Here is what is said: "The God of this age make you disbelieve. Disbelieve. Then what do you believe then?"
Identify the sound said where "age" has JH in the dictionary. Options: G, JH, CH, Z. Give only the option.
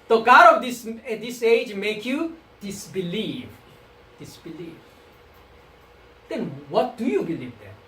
JH